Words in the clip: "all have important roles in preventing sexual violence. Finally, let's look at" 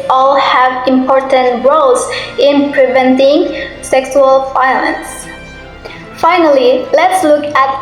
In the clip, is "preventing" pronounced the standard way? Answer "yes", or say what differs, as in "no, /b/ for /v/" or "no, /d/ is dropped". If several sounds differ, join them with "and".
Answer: yes